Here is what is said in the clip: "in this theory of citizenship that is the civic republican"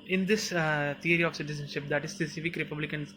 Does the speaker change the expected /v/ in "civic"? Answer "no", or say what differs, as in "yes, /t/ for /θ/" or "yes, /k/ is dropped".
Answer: yes, /f/ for /v/